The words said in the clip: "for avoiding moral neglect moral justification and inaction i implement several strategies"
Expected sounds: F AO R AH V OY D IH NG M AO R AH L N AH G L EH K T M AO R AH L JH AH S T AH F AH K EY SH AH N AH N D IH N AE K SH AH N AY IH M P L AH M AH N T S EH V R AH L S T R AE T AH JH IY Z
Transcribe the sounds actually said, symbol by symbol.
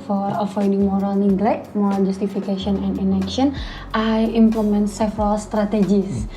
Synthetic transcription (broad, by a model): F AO R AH F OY D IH NG M AO R AH L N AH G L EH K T M AO R AH L JH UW S T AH F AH K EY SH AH N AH N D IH N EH K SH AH N AY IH M P L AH M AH N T S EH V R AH L S T R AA T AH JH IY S